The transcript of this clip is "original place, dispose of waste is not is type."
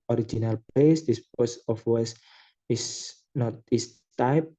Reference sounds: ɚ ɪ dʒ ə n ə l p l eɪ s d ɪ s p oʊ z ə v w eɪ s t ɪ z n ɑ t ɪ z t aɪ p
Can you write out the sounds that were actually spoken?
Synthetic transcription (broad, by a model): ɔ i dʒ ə n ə l p l eɪ s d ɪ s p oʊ s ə f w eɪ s ɪ s n ɑ t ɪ s t aɪ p